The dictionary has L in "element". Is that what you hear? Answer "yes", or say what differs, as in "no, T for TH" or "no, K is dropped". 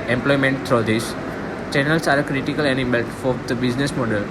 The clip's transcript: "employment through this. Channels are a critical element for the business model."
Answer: no, N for L